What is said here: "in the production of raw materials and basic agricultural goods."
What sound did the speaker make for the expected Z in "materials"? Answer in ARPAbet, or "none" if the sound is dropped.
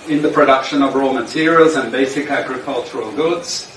Z